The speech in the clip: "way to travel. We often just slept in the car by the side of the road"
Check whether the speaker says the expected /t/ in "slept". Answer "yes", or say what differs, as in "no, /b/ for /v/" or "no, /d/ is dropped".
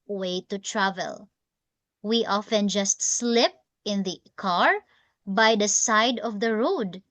no, /t/ is dropped